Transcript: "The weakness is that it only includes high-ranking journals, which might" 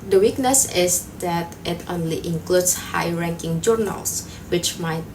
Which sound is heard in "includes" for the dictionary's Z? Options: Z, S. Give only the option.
S